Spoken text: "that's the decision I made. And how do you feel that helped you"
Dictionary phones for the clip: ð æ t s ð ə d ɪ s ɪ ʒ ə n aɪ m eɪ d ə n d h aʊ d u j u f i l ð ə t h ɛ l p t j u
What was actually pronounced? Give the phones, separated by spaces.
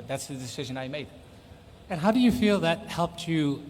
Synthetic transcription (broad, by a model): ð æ t s ð ə d ɪ s ɪ ʒ ə n aɪ m eɪ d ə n h aʊ d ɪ j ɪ f i l ð ə t h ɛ l p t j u